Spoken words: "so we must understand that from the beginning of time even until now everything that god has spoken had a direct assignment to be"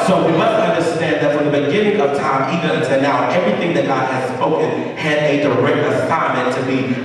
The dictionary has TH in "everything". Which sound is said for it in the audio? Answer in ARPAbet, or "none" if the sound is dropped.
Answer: TH